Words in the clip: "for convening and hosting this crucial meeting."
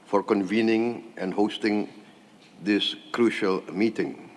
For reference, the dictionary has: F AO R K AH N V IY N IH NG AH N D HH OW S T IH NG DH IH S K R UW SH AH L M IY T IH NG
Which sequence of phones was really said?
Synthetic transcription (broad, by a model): F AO R K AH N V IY N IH NG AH N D HH OW S T IH NG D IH S K R UW SH AH L M IY T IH NG